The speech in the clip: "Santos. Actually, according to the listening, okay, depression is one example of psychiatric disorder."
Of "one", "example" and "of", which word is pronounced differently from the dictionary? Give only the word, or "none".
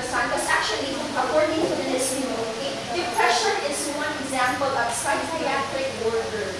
of